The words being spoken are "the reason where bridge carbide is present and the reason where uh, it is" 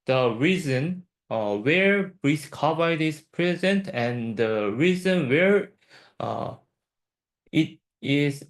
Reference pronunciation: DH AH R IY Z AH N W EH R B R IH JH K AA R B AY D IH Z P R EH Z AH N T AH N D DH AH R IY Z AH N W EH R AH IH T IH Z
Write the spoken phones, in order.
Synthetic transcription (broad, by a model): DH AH R IY Z AH N W EH R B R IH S K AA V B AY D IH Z P R EH Z AH N T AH N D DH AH R IY Z AH N W EH R AH IH T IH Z